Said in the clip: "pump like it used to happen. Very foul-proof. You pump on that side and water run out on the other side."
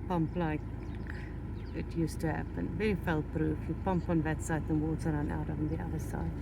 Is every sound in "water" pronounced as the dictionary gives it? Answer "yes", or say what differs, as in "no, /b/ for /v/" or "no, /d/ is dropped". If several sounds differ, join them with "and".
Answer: no, /s/ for /t/